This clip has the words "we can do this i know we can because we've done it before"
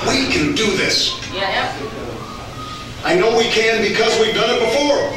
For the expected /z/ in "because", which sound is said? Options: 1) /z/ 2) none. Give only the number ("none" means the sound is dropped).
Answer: 1